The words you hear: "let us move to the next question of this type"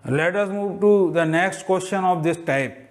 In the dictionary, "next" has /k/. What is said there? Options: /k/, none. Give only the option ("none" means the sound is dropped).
/k/